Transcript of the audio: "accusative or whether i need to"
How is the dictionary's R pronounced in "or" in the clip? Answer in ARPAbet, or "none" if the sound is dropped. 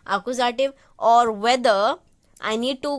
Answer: R